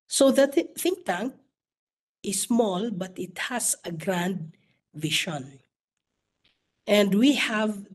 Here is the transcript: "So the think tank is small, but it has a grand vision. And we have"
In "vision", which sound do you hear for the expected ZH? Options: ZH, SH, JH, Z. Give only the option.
SH